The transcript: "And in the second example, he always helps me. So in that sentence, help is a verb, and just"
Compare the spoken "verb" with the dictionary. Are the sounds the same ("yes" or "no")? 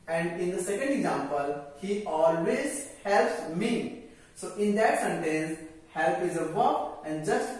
no